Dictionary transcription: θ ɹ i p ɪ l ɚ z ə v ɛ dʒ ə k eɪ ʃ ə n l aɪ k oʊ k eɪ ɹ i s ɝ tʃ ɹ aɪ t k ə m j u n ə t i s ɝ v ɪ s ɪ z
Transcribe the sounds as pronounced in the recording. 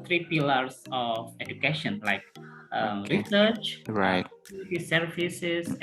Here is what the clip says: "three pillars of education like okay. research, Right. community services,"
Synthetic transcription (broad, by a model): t ɹ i p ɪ l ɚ s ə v ɛ dʒ ə k eɪ ʃ ə n l aɪ k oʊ ɹ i s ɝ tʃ ɹ aɪ t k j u l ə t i s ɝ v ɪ s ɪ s